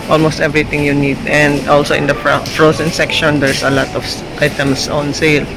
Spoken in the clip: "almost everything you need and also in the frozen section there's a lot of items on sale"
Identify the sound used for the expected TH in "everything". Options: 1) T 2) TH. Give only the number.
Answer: 1